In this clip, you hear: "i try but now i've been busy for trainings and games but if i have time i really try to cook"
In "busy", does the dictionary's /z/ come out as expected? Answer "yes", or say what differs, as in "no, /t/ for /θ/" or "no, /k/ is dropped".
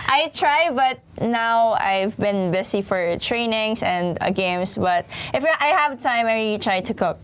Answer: no, /s/ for /z/